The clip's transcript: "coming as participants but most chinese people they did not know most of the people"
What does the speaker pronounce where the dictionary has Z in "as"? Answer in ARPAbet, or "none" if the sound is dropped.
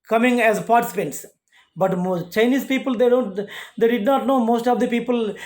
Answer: Z